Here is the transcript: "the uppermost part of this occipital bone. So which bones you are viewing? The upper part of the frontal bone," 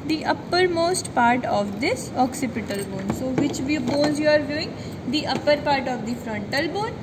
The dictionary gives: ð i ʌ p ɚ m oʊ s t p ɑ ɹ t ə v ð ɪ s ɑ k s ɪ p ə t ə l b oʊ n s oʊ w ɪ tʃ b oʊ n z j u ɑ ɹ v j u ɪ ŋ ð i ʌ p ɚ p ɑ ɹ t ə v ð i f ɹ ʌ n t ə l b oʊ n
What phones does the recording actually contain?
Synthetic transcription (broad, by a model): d i ʌ p ɚ m oʊ s t p ɑ ɹ t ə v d ɪ s ɑ k s ɪ p ə t ə l b oʊ n s oʊ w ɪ tʃ b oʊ n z j u ɑ ɹ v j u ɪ ŋ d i ʌ p ɚ p ɑ ɹ t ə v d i f ɹ ʌ n t ə l b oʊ n